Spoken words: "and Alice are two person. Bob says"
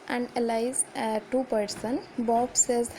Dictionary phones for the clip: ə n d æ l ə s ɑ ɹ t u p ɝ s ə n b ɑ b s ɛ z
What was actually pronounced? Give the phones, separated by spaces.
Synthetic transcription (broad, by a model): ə n d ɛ l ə ɪ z t u p ɝ s ə n b ɑ b s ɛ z